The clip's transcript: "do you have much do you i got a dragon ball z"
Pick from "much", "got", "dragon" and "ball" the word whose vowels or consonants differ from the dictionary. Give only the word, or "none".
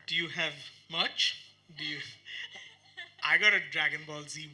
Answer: none